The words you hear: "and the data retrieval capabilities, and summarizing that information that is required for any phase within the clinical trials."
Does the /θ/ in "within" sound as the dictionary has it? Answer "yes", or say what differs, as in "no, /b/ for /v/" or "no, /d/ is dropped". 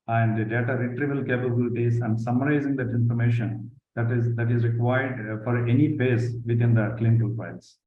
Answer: no, /t/ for /θ/